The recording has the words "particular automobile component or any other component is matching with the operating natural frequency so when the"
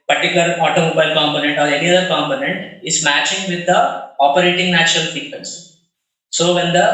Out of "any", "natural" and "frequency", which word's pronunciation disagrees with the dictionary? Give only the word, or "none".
frequency